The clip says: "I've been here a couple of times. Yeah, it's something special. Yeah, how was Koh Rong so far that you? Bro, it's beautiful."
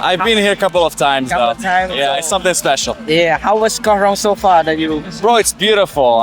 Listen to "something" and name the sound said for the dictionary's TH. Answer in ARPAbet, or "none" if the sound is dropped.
TH